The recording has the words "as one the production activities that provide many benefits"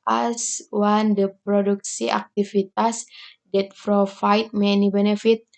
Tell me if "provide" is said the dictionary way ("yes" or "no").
no